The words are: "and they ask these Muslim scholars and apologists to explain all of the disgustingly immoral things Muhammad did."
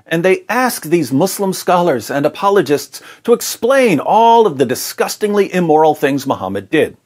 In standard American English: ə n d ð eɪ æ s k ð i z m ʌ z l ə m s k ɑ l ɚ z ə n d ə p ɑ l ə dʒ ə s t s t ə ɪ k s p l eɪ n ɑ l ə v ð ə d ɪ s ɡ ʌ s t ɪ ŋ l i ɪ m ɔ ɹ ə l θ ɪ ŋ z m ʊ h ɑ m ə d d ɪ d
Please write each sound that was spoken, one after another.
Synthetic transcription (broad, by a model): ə n ð eɪ æ s k ð i z m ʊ s l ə m s k ɑ l ɚ z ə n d ə p ɑ l ə dʒ ə s t s t ə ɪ k s p l eɪ n ɑ l ə v ð ə d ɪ s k ʌ s t ɪ ŋ l i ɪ m ɔ ɹ l θ ɪ ŋ z m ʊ h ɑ m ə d d ɪ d